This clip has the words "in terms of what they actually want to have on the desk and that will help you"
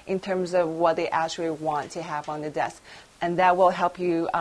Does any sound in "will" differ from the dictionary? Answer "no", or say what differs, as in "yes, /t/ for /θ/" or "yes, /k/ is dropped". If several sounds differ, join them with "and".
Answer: no